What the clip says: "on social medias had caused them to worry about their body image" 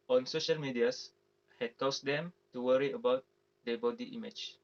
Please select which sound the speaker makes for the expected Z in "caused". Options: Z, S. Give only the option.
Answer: S